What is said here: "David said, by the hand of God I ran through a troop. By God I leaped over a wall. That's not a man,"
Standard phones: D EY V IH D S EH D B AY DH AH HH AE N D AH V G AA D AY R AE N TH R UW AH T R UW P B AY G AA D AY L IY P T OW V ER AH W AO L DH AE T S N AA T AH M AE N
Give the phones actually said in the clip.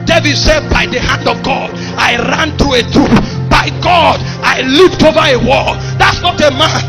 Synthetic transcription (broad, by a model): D EY V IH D S EH D B AY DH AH HH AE N D AH V G AA D AY R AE N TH R UW AH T UW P B AY G AA D AY L IY P T OW V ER AH W AO L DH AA T S N AA T AH M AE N